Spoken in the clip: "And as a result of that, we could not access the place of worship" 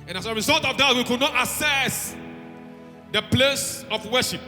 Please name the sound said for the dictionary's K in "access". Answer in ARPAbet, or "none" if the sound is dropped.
none